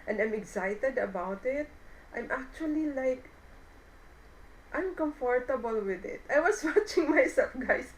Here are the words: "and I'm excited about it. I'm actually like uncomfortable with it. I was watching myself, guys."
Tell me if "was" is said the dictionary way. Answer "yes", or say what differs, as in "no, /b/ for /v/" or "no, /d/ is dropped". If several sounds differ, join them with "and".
no, /s/ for /z/